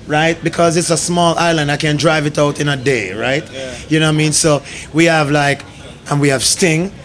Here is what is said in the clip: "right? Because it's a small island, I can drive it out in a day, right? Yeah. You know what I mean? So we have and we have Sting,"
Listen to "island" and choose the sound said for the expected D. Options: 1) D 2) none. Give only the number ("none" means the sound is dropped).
1